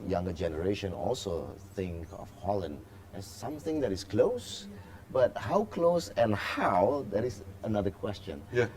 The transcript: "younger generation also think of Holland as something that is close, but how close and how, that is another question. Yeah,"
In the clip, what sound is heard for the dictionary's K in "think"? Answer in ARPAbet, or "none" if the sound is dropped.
K